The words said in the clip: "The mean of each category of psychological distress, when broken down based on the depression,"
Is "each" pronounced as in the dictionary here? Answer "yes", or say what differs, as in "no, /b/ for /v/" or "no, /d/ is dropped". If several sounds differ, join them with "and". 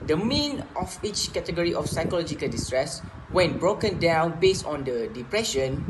yes